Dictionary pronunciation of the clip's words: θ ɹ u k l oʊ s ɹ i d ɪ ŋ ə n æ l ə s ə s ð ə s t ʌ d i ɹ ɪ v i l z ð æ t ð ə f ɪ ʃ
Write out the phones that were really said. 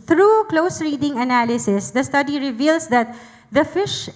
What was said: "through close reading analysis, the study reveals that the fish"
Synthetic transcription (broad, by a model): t ɹ u k l oʊ s ɹ i d ɪ ŋ ə n æ l ə s ə s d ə s t ʌ d i ɹ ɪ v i l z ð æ t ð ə f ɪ ʃ